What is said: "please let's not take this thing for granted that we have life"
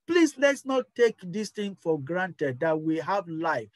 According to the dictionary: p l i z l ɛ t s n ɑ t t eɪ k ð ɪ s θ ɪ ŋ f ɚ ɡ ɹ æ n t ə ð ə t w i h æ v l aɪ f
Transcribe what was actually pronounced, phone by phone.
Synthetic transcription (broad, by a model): p l i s l ɛ t s n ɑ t t eɪ k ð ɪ s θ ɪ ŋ f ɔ ɡ ɹ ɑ n t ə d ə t w i h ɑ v l aɪ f